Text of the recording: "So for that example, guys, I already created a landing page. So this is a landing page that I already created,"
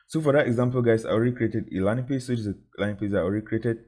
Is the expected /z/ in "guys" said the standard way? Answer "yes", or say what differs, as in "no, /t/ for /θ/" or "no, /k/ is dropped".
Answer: no, /s/ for /z/